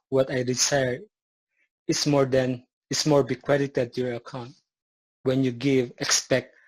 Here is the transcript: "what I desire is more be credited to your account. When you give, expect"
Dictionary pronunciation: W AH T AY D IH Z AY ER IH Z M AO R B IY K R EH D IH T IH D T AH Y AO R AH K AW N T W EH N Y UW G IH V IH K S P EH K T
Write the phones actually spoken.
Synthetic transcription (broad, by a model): W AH T AY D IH S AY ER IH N M AO R B IY K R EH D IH T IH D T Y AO R AH K AW N T W EH N Y UW G IH V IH K S P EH K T